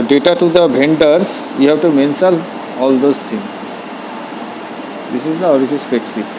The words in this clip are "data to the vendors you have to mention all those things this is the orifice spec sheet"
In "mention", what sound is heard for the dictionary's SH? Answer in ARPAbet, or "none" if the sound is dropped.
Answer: S